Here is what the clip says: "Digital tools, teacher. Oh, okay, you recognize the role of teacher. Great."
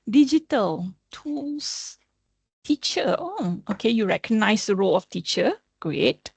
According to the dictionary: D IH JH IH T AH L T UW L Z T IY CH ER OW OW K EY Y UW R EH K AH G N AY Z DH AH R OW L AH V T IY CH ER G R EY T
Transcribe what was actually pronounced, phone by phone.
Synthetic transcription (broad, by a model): D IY JH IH T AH L T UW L S T IY CH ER OW OW K EY Y UW R EH K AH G N AY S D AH R OW L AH F T IY CH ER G R EY T